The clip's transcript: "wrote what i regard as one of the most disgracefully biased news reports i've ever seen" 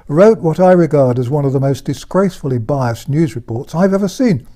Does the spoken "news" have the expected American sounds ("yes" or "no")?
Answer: yes